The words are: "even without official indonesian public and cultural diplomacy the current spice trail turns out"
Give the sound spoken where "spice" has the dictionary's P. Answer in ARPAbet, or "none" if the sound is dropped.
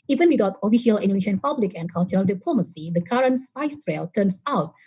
none